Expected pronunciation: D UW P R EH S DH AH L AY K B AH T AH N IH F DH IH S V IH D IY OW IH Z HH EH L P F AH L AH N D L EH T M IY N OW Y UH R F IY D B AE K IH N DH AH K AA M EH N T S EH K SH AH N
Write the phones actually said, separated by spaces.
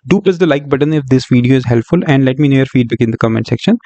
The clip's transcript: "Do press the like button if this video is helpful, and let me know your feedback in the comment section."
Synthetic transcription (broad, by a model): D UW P L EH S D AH L AY K B AH T AH N IH F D IH S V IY D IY OW IH Z HH EH L P F AH L AH N D L EH T M IY N OW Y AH R F IY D B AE K IH N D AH K AA M EH N T S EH K SH AH N